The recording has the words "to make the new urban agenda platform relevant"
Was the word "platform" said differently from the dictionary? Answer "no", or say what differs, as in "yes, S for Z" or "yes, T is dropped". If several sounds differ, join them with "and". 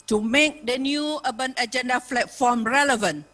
yes, F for P